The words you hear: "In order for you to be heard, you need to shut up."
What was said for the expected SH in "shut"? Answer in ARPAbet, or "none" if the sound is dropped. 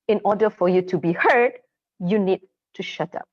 SH